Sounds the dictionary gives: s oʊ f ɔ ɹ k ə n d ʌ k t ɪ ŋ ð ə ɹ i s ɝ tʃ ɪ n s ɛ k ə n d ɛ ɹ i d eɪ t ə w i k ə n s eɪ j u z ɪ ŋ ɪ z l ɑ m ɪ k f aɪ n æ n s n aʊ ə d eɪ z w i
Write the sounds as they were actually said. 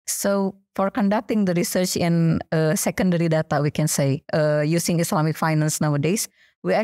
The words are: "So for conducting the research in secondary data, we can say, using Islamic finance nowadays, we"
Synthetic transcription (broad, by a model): s oʊ f ɔ ɹ k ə n d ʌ k t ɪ ŋ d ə ɹ i s ɝ tʃ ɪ n s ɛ k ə n d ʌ ɹ i d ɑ t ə w i k ə n s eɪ j u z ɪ ŋ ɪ s l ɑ m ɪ k f aɪ n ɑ n s n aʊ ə d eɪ s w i